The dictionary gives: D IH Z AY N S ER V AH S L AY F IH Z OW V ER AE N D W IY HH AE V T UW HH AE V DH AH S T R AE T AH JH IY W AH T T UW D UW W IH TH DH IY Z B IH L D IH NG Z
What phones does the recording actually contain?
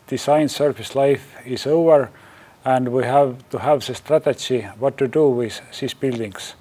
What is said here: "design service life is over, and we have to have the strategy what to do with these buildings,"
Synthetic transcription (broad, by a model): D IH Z AY N S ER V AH S L AY F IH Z OW V ER AE N D W IY HH AE V T UW HH AE V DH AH S T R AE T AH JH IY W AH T T UW D UW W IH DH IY S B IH L D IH NG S